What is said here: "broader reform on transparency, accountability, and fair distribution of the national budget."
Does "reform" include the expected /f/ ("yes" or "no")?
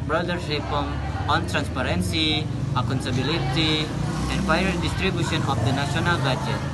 no